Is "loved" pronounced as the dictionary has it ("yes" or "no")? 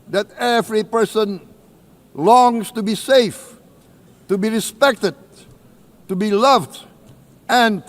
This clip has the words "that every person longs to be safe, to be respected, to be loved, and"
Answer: yes